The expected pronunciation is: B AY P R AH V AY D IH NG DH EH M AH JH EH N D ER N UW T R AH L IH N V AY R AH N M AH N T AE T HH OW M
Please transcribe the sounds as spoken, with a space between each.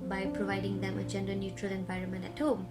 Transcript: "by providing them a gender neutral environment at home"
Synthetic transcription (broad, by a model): B AY P R AH V AY D IH NG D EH M AH JH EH N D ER N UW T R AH L IH N V AY R AH N M AH N T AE T HH OW M